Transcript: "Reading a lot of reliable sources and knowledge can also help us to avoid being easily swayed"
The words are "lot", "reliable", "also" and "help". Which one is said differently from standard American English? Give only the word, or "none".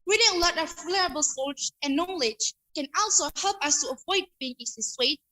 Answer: reliable